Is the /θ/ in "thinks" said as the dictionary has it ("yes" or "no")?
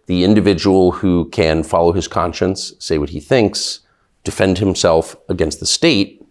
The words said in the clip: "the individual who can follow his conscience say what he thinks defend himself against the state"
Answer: yes